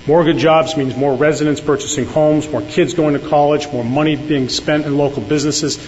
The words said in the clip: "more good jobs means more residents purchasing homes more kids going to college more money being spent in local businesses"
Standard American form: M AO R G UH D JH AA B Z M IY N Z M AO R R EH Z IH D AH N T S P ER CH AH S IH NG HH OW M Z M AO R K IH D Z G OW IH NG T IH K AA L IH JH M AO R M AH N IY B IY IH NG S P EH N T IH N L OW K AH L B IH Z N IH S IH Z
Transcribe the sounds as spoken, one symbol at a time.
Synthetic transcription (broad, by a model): M AO R G UH D JH AA B Z M IY N Z M AO R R EH Z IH D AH N S P ER CH AH S IH NG HH OW M Z M AO R K IH D Z G OW IH NG T IH K AA L IH JH M AO R M AH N IY B IY IH NG S P EH N T IH N L OW K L B IH Z N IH S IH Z